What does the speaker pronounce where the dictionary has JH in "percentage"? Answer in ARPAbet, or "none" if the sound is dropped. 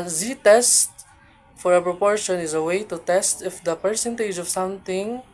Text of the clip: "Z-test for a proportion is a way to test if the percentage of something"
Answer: JH